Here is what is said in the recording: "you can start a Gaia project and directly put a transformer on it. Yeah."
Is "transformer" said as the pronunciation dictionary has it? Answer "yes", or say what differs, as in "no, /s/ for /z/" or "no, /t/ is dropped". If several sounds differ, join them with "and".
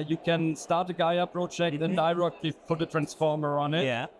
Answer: yes